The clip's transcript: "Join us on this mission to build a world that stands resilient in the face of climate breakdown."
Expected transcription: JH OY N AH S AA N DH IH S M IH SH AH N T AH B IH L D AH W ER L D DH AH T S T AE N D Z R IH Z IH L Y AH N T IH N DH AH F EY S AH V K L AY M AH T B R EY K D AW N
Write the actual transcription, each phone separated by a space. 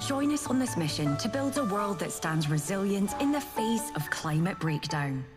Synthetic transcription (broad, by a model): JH OY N AH S N DH IH S M IH SH AH N T AH B IH L D AH W ER L D DH AH T S T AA N D Z R IH Z IH L Y AH N T IH N DH AH F EY S AH V K L AY M AH T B R EY K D AW N